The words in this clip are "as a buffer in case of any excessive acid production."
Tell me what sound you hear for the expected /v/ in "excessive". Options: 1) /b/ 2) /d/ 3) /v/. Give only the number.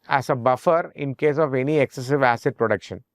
3